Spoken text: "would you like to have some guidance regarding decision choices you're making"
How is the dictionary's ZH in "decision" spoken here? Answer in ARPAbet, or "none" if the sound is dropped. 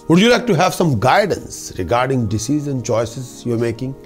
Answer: Z